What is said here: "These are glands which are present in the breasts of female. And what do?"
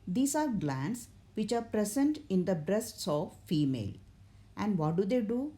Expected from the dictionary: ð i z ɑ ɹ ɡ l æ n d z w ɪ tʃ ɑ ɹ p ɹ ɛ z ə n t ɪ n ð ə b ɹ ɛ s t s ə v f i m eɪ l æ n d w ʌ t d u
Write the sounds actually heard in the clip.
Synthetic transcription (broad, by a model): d i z ɑ ɹ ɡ l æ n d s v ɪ tʃ ɑ ɹ p ɹ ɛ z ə n t ɪ n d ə b ɹ ɛ s t s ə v f i m eɪ l æ n d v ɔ t d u